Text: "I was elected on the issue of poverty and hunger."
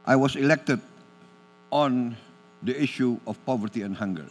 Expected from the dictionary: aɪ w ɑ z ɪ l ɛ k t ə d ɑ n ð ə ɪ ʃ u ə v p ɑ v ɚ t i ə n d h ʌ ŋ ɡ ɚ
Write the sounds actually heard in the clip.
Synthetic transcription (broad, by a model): aɪ w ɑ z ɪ l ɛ k t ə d ɑ n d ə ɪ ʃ u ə f p ɑ v ɚ t i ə n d h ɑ ŋ ɡ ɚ